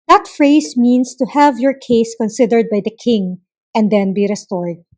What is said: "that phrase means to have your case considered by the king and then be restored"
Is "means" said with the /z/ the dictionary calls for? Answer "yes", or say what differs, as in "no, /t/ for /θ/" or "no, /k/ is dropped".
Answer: no, /s/ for /z/